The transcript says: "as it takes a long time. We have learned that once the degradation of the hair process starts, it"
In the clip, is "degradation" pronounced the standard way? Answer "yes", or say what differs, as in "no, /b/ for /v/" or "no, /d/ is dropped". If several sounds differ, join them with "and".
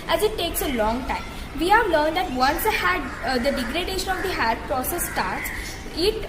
yes